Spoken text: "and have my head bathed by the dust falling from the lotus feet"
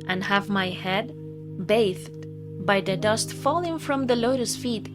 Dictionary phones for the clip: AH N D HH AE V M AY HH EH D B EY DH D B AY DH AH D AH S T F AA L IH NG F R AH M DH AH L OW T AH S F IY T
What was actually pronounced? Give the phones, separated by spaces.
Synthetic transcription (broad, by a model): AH N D HH AE V M AY HH EH D B EY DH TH B AY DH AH D AH S T F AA L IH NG F R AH M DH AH L OW T AH S F IY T